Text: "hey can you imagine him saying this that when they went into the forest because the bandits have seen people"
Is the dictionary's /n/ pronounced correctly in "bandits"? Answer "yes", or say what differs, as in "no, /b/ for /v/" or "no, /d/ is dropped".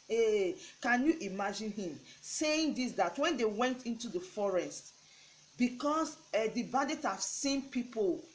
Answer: no, /n/ is dropped